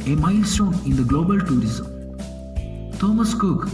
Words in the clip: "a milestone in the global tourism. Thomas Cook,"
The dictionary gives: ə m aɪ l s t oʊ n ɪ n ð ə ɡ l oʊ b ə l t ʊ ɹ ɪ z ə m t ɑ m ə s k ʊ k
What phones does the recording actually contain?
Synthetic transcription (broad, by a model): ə m aɪ l s t oʊ n ɪ n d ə ɡ l oʊ b ə l t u ɹ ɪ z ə m t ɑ m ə s k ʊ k